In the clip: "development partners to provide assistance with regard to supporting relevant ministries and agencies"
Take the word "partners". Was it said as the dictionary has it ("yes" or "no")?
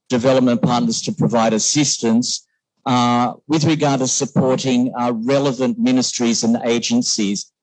yes